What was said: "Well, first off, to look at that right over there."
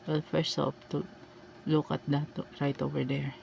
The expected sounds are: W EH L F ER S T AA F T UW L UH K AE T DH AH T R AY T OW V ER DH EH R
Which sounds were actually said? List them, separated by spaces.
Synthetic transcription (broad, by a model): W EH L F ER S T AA P T UW L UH K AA T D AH T R AY T OW V ER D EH R